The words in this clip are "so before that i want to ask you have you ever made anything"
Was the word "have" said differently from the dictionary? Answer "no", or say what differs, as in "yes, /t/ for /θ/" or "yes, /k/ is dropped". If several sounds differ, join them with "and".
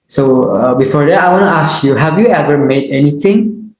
no